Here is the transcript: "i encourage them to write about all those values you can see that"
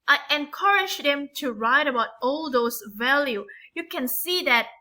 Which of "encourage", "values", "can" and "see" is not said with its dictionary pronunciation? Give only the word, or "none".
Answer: values